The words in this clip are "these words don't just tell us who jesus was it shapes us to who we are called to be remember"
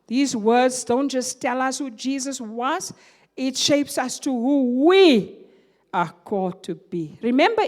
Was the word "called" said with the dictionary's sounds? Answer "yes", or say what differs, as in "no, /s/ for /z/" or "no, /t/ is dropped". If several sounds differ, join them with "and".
yes